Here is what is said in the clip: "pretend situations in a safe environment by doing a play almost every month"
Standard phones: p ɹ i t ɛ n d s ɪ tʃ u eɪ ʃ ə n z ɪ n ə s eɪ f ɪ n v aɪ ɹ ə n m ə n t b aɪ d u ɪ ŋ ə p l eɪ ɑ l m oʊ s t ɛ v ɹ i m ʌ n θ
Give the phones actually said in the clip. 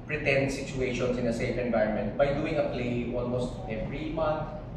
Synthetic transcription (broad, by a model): p ɹ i t ɛ n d s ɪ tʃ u eɪ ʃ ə n s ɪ n ə s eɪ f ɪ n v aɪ ə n m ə n t b aɪ d u ɪ ŋ ə p l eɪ ɑ l m oʊ s t ɛ v ɹ i m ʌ n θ